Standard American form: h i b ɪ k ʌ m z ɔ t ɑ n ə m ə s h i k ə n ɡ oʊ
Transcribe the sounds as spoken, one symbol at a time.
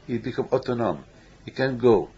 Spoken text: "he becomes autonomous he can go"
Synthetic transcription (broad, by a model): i b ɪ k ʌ m ɔ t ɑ n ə m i k ə n ɡ oʊ